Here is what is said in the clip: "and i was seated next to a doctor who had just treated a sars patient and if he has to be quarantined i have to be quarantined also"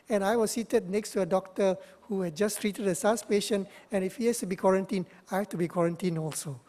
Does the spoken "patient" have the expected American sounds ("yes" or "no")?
no